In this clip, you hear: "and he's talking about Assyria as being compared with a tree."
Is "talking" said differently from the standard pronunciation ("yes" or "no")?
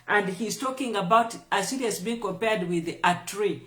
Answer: no